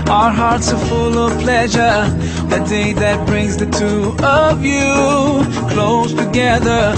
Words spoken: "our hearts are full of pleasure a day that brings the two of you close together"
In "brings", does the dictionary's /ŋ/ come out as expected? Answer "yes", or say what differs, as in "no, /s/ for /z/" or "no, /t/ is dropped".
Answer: yes